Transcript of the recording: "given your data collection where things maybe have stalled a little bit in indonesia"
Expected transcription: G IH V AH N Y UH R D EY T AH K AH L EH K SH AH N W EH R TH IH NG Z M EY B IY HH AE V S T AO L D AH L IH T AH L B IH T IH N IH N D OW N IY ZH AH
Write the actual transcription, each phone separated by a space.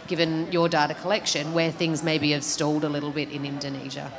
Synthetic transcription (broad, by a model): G IH V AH N Y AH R D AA T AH K AH L EH K SH AH N W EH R TH IH NG Z M EY B IY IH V S T AO L D AH L IH T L B IH T IH N IH N D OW N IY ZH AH